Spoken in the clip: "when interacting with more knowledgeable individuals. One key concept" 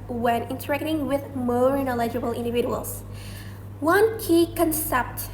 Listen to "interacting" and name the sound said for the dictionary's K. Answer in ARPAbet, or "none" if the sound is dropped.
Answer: K